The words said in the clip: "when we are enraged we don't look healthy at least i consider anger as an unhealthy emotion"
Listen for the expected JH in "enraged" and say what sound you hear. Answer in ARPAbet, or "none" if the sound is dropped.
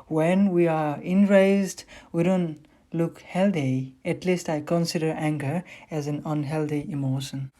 Z